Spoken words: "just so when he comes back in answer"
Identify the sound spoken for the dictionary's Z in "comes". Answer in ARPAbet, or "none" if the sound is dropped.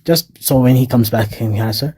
Z